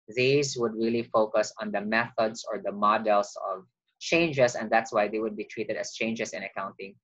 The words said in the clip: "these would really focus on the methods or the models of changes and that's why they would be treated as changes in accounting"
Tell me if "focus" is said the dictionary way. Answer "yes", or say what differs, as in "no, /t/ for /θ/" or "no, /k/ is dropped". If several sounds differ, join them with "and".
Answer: yes